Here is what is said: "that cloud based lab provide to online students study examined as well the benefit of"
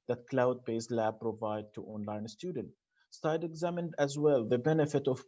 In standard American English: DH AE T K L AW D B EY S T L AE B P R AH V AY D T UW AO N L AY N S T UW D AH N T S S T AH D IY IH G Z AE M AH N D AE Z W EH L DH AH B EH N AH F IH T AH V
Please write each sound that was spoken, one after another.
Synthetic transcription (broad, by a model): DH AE T K L AW D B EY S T L AE B P R AH V AY D T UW AO N L AY N S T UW D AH N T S S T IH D IH G Z AE M AH N D AE Z W EH L DH AH B EH N AH F IH T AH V